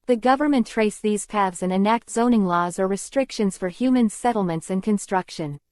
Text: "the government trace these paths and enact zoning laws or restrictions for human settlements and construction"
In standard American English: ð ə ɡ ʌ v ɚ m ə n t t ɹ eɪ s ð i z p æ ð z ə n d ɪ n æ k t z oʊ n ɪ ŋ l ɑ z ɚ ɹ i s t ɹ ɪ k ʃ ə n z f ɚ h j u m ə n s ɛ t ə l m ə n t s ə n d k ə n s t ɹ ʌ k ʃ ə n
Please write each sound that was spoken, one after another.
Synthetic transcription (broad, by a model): ð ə ɡ ʌ v ɚ m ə n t t ɹ eɪ s ð i z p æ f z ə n ɪ n æ k t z oʊ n ɪ ŋ l ɑ z ɚ ɹ i s t ɹ ɪ k ʃ ə n z f ɚ h j u m ə n s ɛ t l m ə n t s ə n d k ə n s t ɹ ʌ k ʃ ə n